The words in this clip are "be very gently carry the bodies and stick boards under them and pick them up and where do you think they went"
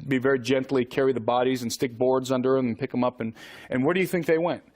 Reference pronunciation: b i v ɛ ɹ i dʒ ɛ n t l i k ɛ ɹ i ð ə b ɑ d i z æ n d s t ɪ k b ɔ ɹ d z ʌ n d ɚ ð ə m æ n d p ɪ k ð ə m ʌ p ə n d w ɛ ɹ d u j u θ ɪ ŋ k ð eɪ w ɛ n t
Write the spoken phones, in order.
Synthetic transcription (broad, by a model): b i v ɛ ɹ i dʒ ɛ n t l i k ɛ ɹ i ð ə b ɑ d i z n s t ɪ k b ɔ ɹ d z ʌ n d ɚ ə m n p ɪ k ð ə m ʌ p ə n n w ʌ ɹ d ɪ j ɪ θ ɪ ŋ k ð eɪ w ɛ n t